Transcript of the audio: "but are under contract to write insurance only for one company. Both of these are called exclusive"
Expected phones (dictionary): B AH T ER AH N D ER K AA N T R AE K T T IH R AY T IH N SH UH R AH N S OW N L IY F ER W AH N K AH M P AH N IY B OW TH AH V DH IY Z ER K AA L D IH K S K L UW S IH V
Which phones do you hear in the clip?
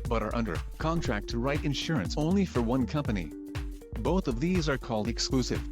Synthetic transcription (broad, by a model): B AH T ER AH N D ER K AA N T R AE K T T IH R AY T IH N SH UH R AH N S OW N L IY F ER W AH N K AH M P AH N IY B OW TH AH V DH IY Z ER K AA L D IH K S K L UW S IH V